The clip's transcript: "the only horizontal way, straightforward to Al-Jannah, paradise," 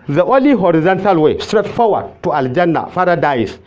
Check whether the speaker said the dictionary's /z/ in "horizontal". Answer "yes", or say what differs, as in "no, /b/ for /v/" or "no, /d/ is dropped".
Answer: yes